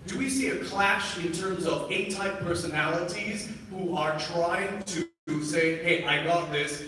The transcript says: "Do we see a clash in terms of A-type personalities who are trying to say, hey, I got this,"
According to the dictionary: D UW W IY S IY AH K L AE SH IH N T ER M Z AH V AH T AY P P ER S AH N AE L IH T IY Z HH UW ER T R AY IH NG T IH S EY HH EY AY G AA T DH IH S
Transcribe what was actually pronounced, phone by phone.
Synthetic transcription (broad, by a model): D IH W IY S IY AH K L AE SH IH N T ER M Z AH V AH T AY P P ER S AH N AE L IH T IY Z HH UW ER T R AY IH NG T IH S EY HH EY AY G AA T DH IH S